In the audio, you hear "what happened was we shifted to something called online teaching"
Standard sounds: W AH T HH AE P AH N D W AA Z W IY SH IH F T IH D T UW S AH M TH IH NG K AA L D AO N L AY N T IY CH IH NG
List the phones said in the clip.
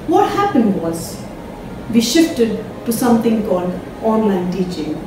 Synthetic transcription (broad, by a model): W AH T HH AE P AH N D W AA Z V IY SH IH F T IH D T UW S AH M T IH NG K AA L D AO N L AY N T IY CH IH NG